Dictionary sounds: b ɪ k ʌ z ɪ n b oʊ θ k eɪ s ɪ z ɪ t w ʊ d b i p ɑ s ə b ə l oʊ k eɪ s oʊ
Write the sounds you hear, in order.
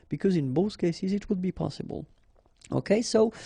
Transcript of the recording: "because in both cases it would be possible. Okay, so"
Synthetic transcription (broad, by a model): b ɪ k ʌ z ɪ n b oʊ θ k eɪ s ɪ z ɪ t w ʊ d b i p ɑ s ə b ə l oʊ k eɪ s oʊ